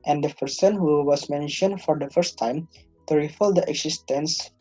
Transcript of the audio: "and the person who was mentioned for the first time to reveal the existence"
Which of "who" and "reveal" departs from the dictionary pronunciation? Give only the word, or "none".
reveal